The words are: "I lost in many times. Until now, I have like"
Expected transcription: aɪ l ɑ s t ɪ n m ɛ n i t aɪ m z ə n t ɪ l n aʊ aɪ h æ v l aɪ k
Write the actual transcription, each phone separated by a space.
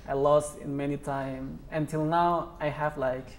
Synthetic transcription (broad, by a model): aɪ l ɑ s t ɪ n m ɛ n i t aɪ m ə n t ɪ l n aʊ aɪ h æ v l aɪ k